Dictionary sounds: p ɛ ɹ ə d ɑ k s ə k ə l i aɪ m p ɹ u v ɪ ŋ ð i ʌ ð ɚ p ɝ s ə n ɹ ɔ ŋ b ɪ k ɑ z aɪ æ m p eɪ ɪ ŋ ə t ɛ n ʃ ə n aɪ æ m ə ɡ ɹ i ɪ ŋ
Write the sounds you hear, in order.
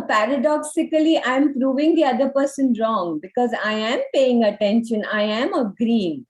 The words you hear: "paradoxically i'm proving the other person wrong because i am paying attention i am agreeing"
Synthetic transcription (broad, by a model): p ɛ ɹ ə d ɑ k s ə k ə l i aɪ m p ɹ u v ɪ ŋ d i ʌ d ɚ p ɝ s ə n ɹ ɔ ŋ b ɪ k ɑ z aɪ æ m p eɪ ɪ ŋ ə t ɛ n ʃ ə n aɪ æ m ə ɡ ɹ i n